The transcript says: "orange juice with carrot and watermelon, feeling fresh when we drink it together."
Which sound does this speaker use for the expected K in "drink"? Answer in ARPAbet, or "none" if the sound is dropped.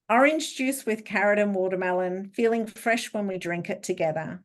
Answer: K